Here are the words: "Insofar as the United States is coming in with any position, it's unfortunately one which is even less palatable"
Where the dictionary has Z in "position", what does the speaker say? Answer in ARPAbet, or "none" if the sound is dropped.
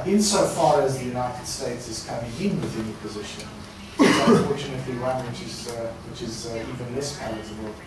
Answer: Z